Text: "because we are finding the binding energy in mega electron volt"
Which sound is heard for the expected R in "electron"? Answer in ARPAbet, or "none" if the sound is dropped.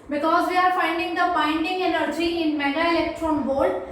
R